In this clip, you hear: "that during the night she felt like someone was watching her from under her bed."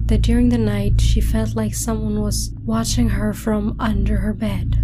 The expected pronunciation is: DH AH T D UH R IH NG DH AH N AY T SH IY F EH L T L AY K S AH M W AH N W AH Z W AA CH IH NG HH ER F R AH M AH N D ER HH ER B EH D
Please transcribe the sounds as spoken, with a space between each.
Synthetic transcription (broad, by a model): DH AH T D UH R IH NG DH AH N AY T SH IY F EH L T L AY K S AH M W AH N W AH Z W AA CH IH NG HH ER F R AH M AH N D ER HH ER B EH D